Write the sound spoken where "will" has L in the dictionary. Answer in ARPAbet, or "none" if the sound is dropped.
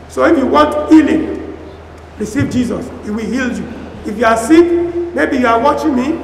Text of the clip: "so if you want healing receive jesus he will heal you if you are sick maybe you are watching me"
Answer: L